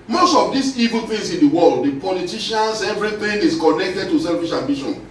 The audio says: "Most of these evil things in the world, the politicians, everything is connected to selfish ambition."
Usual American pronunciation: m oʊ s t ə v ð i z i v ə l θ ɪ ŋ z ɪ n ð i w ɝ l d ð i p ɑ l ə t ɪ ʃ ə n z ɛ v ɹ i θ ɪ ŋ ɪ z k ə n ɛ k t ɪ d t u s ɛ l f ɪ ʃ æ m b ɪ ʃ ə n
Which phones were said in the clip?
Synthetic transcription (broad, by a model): m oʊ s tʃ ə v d i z i v ə l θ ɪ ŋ s ɪ n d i w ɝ l d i p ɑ l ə t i ʃ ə n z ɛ v ɹ i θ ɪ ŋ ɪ s k ə n ɛ k t ɪ d t u s ɛ l f ɪ ʃ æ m b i ʃ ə n